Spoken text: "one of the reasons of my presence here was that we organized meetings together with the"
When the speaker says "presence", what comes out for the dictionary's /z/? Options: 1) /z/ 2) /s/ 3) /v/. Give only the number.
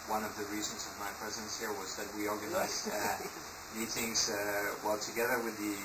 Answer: 1